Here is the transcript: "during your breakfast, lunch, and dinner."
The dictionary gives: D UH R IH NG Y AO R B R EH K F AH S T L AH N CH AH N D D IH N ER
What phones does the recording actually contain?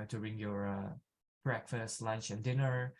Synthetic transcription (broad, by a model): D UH R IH NG Y AO R B R EH K F AH S T L AH N CH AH N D D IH N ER